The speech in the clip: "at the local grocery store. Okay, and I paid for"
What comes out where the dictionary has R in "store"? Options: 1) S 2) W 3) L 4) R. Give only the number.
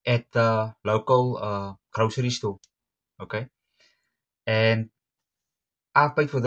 3